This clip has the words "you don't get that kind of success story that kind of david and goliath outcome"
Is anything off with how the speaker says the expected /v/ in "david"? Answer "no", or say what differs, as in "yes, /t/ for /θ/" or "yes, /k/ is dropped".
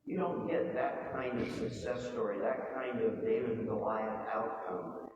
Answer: yes, /v/ is dropped